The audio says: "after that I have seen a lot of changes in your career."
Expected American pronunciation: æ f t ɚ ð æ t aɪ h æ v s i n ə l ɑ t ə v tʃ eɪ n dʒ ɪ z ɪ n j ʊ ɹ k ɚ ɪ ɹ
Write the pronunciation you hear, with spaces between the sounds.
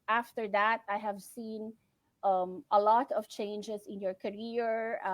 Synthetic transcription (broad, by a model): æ f t ɚ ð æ t aɪ h æ v s i n ə l ɑ t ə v tʃ eɪ n dʒ ɪ z ɪ n j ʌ ɹ k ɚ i ɹ